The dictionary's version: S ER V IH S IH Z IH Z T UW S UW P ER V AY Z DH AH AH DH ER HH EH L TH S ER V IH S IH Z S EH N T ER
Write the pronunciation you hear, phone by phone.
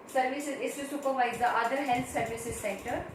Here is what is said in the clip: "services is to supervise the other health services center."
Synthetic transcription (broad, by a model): S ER V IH S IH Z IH S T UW S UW P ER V AY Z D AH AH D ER HH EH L S S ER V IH S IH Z S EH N T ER